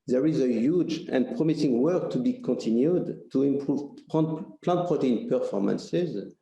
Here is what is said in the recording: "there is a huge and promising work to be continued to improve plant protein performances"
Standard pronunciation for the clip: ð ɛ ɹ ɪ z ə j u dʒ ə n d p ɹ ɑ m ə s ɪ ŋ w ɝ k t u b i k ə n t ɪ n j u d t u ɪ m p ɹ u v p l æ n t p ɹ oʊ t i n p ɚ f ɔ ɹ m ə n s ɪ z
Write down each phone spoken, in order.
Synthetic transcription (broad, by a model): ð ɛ ɹ ɪ z ə j u dʒ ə n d p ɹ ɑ m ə s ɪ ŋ w ɝ k t u b i k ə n t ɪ n j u d t u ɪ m p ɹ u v p l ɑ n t p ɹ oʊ t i n p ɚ f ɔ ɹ m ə n s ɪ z